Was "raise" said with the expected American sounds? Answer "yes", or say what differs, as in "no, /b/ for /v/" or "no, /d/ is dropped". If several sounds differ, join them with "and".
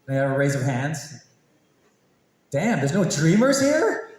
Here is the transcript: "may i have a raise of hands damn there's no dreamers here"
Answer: yes